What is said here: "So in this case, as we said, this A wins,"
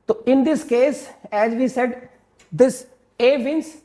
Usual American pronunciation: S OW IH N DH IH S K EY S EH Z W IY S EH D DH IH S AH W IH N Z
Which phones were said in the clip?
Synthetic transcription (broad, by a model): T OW IH N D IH S K EY S EH Z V IY S EH D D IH S AH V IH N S